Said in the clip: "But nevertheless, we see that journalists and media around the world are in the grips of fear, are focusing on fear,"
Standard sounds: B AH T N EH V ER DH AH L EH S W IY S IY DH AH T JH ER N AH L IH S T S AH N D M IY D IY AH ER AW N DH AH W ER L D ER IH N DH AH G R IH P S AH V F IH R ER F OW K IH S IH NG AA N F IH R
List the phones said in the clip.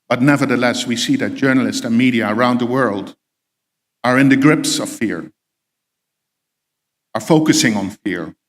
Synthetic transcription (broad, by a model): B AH T N EH V ER DH AH L EH S W IY S IY DH AH T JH ER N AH L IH S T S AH N M IY D IY AH ER AW N DH AH W ER L D ER IH N DH AH G R IH P S AH V F IH R ER F OW K IH S IH NG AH N F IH R